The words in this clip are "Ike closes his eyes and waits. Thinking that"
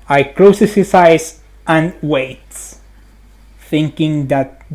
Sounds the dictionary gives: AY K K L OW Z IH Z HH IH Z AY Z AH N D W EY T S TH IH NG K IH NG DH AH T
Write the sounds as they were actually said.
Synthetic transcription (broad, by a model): AY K K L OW S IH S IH S AY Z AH N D W EY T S TH IH NG K IH NG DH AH T